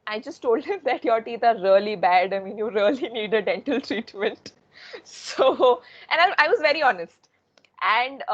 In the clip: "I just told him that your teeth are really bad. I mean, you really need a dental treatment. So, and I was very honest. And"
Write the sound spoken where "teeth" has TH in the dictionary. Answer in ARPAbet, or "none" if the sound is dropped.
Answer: T